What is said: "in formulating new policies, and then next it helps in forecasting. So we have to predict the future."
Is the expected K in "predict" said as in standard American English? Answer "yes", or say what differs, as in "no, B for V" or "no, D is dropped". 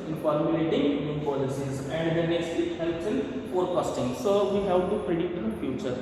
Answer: no, K is dropped